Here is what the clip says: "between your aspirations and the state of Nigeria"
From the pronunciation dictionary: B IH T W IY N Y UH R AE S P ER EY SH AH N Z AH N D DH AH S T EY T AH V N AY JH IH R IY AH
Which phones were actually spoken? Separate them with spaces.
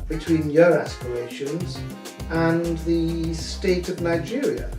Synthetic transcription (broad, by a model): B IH T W IY N Y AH R AE S P ER EY SH AH N Z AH N DH AH S T EY T AH V N AY JH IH R IY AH